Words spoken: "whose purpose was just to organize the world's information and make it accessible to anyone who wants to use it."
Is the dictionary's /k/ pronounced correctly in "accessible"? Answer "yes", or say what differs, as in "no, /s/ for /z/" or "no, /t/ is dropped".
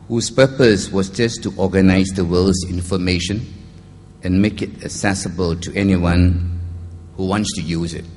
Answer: no, /k/ is dropped